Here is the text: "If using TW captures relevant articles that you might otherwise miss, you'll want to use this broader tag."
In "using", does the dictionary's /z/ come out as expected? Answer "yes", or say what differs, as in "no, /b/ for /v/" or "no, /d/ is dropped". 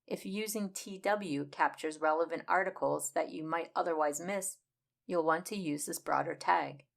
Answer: yes